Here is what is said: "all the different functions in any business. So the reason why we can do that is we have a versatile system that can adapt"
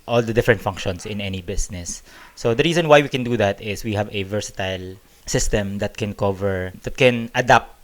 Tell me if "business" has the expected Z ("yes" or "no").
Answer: no